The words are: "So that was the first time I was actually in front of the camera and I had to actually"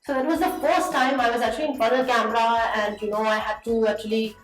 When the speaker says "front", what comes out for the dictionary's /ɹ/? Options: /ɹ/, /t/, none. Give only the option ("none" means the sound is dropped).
none